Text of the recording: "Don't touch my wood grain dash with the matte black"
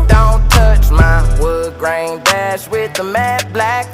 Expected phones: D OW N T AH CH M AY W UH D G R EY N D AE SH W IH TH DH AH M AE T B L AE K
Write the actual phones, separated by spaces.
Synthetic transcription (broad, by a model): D OW N T AH CH M AY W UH G R EY N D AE S W IH DH AH M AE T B L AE K